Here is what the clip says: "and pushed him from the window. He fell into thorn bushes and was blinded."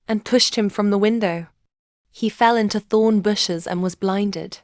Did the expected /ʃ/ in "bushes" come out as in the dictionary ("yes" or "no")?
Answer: yes